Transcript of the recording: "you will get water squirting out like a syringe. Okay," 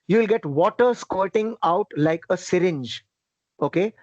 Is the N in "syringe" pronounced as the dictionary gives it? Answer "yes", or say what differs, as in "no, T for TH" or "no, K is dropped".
yes